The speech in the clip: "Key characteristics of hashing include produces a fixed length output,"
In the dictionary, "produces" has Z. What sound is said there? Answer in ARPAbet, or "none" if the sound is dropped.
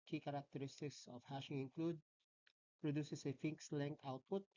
S